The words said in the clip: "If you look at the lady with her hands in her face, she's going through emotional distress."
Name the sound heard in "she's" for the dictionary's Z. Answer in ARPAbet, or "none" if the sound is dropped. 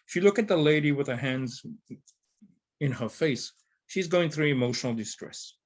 Z